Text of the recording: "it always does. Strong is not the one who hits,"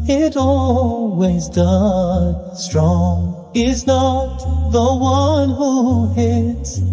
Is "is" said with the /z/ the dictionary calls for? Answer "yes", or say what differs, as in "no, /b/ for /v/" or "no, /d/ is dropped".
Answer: yes